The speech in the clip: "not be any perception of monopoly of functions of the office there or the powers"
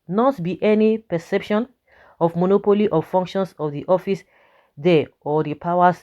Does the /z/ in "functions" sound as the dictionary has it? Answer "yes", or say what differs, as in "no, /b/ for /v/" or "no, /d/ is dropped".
no, /s/ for /z/